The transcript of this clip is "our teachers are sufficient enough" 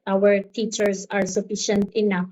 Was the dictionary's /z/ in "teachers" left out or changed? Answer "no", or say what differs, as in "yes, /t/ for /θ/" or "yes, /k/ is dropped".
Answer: yes, /s/ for /z/